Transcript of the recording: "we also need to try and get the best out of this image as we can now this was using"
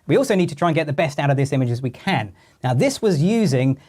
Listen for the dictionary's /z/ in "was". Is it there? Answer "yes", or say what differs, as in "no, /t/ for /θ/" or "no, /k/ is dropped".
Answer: yes